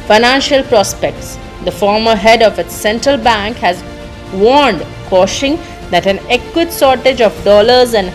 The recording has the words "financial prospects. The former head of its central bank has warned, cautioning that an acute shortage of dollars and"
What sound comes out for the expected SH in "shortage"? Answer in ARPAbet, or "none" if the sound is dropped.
S